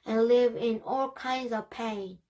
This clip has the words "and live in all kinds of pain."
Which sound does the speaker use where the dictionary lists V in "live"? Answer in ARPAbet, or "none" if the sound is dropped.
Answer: V